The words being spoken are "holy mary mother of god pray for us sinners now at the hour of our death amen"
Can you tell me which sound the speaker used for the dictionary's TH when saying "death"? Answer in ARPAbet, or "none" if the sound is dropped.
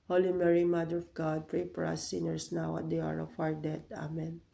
T